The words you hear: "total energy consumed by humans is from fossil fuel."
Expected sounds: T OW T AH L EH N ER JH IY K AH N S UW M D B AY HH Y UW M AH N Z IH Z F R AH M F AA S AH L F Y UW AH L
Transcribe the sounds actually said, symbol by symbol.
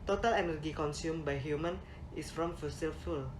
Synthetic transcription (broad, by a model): T OW T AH L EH N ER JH IY K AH N S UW M B AY HH Y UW M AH N IH S F R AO M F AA S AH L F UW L